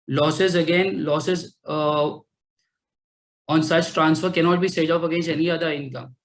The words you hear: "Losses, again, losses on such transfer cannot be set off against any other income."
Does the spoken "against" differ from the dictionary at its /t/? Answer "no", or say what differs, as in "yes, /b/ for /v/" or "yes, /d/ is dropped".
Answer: yes, /t/ is dropped